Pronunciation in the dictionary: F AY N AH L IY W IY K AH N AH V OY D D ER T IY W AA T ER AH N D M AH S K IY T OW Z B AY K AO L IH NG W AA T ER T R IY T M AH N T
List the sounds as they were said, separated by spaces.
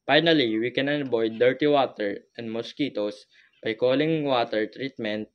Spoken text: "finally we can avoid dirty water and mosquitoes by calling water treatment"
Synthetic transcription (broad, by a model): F AY N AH L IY W IY K AH N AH B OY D D ER T IY W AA T ER AH N D M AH S K IY T OW S B AY K AO L IH NG W AA T ER T R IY T M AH N T